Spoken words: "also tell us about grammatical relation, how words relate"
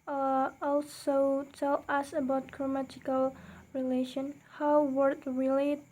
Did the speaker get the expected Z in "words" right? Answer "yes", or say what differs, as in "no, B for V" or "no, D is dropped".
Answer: no, Z is dropped